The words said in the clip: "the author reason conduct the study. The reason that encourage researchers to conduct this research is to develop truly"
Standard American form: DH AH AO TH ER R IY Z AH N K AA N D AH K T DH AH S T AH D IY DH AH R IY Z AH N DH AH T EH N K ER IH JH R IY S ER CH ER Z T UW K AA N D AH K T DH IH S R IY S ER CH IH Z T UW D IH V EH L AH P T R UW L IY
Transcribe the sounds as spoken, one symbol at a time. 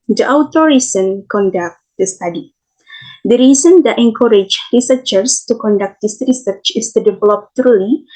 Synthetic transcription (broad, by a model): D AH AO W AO R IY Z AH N K AA N D AH K T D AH S T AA D IY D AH R IY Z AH N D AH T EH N K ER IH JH R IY S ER CH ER S T UW K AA N D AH K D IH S R IY S ER CH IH S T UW D IH V EH L AH P T R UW L IY